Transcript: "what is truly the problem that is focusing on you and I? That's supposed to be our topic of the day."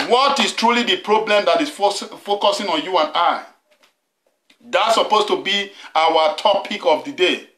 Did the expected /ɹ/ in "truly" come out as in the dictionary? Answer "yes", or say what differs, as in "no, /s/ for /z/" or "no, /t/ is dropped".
yes